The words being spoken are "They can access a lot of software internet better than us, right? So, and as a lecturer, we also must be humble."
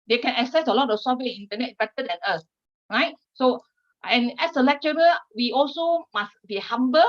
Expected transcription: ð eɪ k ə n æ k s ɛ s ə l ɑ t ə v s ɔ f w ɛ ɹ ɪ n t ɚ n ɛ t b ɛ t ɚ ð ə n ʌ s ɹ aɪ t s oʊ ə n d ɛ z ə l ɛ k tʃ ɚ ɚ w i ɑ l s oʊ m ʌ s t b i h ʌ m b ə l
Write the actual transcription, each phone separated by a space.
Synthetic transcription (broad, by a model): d eɪ k ə n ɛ k s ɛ s ə l ɑ t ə f s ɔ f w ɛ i n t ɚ n ɛ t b ɛ t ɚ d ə n ʌ s ɹ aɪ t s oʊ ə n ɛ s ə l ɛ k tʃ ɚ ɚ w i ɑ l s oʊ m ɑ s b i h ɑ m b ə